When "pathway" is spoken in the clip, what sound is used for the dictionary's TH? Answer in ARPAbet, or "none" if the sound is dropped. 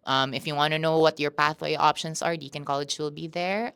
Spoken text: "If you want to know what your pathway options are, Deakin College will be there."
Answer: TH